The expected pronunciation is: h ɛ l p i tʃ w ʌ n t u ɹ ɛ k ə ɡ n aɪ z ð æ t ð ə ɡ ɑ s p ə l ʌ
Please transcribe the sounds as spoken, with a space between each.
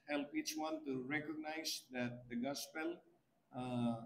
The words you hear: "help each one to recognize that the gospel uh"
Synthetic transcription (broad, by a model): h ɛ l p i tʃ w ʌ n t u ɹ ɛ k ə ɡ n aɪ z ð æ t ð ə ɡ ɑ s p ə l